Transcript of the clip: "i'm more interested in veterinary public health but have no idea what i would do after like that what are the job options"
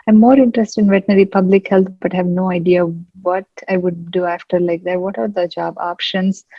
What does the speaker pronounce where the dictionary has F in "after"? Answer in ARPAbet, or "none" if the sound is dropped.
F